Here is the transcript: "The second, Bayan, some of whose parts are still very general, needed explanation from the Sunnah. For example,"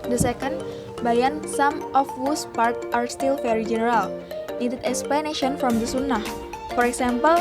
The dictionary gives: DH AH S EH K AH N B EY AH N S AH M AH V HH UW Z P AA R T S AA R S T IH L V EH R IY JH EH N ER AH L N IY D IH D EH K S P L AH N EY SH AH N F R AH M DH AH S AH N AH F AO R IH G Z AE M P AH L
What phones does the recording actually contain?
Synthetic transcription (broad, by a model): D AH S EH K AH N B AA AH N S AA M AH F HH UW S P AA R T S AA R S T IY L F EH R IY JH EH N ER AH L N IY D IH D EH K S P L AH N EY SH AH N F R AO M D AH S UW N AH F AO R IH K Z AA M P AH L